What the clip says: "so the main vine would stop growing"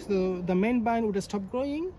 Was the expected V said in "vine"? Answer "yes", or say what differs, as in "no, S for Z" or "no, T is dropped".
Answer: no, B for V